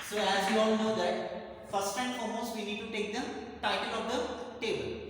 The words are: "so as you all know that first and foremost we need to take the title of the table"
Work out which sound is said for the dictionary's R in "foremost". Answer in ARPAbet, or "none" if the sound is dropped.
L